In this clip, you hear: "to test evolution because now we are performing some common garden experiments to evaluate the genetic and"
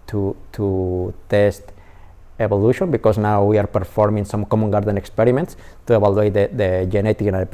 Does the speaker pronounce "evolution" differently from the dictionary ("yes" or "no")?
yes